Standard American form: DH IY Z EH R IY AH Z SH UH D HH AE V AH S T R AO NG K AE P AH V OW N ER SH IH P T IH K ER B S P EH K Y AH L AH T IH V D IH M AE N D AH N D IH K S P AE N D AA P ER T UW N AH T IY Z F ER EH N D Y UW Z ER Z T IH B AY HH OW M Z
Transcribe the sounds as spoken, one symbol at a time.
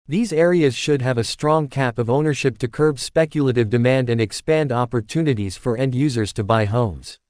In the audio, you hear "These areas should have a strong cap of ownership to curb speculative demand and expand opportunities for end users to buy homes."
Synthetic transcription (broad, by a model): DH IY Z EH R IY AH Z SH UH D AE V AH S T R AO NG K AE P AH V OW N ER SH IH P T IH K ER B S P EH K Y AH L AH T IH V D IH M AE N D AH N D IH K S P AE N D AA P ER T UW N AH T IY Z F ER EH N D Y UW Z ER Z T IH B AY HH OW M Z